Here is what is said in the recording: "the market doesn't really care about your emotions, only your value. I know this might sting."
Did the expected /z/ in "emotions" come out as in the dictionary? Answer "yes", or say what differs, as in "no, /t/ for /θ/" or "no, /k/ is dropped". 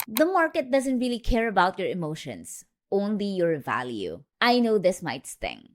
no, /s/ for /z/